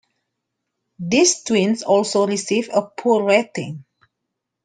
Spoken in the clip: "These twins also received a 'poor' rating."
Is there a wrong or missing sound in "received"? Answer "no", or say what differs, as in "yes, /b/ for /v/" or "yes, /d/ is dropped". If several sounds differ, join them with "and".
yes, /d/ is dropped